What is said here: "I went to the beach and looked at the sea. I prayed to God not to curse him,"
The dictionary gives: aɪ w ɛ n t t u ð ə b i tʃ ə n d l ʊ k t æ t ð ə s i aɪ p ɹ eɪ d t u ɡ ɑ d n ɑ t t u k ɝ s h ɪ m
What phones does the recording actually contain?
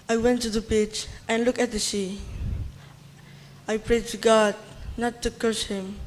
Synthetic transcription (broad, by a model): aɪ w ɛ n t t u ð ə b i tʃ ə n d l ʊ k æ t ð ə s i aɪ p ɹ eɪ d t u ɡ ɑ d n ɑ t t u k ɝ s h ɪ m